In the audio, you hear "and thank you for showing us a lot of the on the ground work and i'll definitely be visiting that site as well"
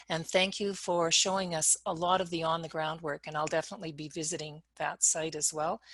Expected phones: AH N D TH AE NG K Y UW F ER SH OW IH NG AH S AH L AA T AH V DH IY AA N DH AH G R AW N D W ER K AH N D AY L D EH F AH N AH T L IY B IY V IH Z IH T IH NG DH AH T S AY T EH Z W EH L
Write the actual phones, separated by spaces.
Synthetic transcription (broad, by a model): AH N TH AE NG K Y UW F ER SH OW IH NG AH S AH L AA T AH V DH IY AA N DH AH G R AW N D W ER K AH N AY L D EH F AH N AH T L IY B IY V IH Z IH T IH NG DH AH T S AY T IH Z W EH L